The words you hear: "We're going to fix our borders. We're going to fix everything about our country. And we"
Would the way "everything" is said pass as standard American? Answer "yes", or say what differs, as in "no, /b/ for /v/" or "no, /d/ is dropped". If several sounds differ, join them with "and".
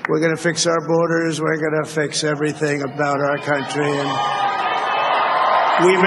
yes